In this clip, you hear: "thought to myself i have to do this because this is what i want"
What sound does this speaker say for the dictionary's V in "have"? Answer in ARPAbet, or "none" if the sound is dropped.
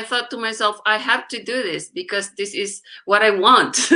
F